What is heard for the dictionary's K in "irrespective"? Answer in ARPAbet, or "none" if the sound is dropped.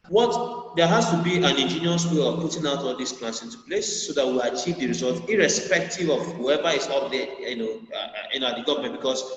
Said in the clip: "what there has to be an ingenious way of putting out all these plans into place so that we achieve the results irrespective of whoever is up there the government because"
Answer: K